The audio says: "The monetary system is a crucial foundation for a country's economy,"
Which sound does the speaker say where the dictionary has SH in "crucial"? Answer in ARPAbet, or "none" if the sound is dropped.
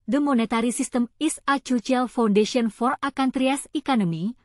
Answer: none